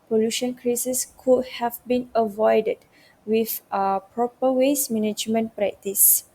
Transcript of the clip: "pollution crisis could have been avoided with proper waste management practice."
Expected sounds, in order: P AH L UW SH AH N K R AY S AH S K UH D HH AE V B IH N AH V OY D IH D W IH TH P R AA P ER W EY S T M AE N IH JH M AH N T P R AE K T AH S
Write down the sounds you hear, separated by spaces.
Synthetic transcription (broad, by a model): P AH L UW SH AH N K R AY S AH S K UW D HH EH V B IH N AH V OY D IH D W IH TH P R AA P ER W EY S M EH N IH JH M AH N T P R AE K T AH S